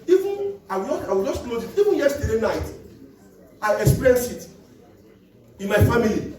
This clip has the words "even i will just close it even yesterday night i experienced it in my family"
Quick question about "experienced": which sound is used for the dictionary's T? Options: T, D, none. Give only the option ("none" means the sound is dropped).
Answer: none